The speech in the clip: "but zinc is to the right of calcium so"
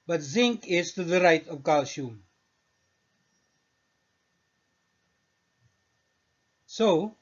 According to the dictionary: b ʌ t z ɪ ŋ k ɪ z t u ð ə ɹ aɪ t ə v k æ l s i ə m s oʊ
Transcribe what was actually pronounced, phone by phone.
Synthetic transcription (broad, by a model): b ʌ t z ɪ ŋ k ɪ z t u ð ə ɹ aɪ t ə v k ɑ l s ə m s oʊ